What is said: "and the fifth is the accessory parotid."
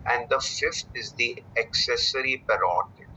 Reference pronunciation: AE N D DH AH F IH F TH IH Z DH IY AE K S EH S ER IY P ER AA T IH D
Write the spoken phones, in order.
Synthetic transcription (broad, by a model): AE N D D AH F IH F T IH Z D IY AE K S EH S ER IY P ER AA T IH